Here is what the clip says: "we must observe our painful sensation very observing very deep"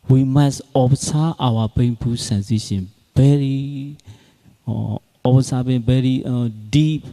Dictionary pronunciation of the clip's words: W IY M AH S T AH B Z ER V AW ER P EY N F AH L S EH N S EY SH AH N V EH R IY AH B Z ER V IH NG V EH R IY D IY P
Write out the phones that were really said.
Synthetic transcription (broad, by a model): W IY M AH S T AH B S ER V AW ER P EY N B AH S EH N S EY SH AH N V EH R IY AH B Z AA B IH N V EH R IY D IY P